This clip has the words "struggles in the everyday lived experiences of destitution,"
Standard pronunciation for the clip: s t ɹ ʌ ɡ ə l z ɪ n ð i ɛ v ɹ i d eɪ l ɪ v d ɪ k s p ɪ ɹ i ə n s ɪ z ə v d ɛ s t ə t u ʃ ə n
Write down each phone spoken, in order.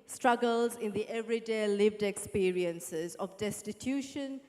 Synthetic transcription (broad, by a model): s t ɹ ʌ ɡ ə l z ɪ n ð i ɛ v ɹ i d eɪ l ɪ v d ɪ k s p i ɹ i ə n s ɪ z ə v d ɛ s t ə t u ʃ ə n